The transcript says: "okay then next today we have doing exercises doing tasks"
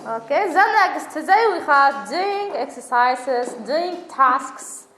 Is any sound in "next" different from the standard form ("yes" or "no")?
yes